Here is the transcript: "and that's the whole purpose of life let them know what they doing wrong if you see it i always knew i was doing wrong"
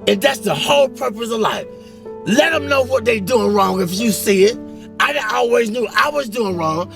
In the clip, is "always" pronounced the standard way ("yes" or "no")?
yes